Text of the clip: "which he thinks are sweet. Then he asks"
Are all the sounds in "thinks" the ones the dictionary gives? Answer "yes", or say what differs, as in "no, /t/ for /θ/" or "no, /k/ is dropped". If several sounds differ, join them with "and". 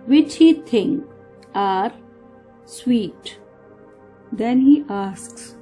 no, /t/ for /θ/ and /s/ is dropped